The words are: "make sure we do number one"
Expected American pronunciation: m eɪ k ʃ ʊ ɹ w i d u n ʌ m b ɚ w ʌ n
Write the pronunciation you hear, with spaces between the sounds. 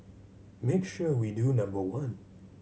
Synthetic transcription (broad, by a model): m eɪ k ʃ ʊ ɹ w i d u n ʌ m b ɚ w ʌ n